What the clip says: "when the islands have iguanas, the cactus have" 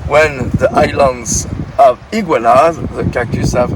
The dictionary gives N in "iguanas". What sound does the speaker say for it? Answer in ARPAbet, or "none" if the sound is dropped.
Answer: L